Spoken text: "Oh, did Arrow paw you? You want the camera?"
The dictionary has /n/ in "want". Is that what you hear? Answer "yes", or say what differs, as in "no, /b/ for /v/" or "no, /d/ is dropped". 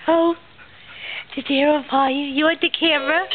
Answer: no, /n/ is dropped